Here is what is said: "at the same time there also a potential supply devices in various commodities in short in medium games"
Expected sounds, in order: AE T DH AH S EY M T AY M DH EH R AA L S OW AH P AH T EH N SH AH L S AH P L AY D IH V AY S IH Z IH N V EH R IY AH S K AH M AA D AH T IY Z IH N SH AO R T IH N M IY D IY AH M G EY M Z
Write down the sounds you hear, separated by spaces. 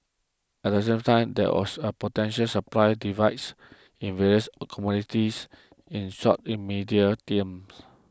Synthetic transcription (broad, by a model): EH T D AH S EY M T AY M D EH W AA S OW AH P AH T EH N SH AH L S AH P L AY D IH V AY S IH N V EH R IY AH S K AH M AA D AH T IY S IH N S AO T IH M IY D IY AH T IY M S